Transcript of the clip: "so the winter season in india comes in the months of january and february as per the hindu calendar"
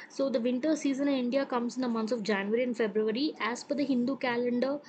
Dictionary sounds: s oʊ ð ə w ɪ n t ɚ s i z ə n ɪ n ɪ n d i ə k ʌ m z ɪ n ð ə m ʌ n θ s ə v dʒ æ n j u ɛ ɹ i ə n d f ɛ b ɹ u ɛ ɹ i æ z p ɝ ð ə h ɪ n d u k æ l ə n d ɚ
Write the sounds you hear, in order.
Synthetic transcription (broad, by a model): s oʊ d ə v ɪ n t ɚ s i z ə n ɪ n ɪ n d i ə k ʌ m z ɪ n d ə m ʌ n t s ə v dʒ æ n j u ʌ ɹ i ə n d f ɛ b ɹ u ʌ ɹ i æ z f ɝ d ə h ɪ n d u k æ l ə n d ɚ